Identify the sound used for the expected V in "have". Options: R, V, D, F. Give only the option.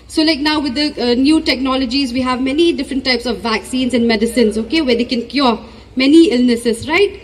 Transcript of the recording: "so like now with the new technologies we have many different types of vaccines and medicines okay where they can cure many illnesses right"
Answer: V